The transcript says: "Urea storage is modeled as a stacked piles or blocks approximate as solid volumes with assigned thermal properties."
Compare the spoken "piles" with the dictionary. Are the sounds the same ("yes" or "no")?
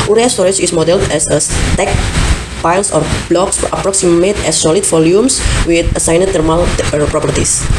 no